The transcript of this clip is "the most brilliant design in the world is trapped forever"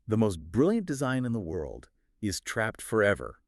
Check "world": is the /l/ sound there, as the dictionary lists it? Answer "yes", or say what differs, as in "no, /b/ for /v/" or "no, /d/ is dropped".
yes